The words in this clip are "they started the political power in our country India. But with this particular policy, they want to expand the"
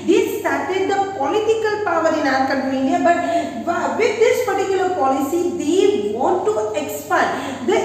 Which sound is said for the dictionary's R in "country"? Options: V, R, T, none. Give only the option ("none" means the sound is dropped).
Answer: none